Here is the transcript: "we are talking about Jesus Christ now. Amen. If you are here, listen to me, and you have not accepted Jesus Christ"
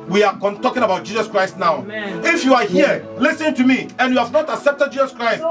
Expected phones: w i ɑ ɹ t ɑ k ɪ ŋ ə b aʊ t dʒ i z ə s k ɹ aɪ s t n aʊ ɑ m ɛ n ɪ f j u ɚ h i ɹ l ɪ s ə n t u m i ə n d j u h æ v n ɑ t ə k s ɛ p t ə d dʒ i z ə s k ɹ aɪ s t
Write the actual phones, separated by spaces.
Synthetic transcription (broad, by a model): w i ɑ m t ɑ k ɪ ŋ ə b aʊ t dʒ i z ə s k ɹ aɪ s t n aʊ ɑ ʊ ɪ f j u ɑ h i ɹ l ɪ s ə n t u m i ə n j u h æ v n ɑ t ə k s ɛ p t ə d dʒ i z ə s k ɹ aɪ s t